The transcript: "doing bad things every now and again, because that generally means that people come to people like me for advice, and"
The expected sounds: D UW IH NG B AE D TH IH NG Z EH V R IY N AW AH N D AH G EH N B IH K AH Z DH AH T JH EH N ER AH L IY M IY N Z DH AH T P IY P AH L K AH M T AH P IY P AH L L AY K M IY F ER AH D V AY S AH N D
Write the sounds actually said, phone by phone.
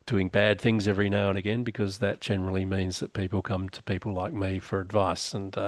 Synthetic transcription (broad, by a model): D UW IH NG B AE D TH IH NG Z EH V R IY N AW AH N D AH G EH N B IH K AH Z DH AH T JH EH N ER L IY M IY N Z DH AH T P IY P L K AH M T AH P IY P L L AY K M IY F ER AH D V AY S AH N